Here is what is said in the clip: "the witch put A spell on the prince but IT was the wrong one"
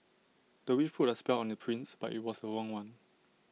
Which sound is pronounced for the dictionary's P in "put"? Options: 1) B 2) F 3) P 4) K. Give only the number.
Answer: 2